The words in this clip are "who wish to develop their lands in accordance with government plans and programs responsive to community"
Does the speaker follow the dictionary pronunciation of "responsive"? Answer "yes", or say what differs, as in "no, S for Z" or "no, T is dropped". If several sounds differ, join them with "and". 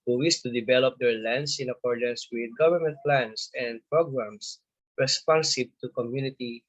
no, B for V